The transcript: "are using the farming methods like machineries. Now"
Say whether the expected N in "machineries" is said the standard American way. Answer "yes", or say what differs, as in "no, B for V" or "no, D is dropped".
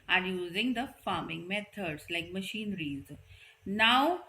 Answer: yes